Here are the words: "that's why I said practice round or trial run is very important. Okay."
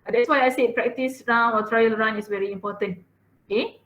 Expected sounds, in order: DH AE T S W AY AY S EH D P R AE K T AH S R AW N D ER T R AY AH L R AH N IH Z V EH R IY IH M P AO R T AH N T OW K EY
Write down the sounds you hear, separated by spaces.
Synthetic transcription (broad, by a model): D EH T S W AY AY S EH P R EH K T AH S R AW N AO T R AY AH L R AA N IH S V EH R IY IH M P AO T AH N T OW K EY